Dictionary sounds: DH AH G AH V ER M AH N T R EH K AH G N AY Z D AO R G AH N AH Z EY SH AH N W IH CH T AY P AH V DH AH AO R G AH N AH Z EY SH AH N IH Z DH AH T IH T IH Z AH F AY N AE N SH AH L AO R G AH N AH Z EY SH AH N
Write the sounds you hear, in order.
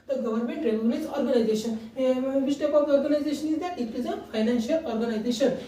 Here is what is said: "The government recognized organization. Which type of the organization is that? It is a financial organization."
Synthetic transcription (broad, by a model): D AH G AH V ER M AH N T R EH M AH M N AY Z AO R G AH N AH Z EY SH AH N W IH S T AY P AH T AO R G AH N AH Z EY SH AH N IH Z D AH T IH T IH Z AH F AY N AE N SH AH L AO R G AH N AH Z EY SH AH N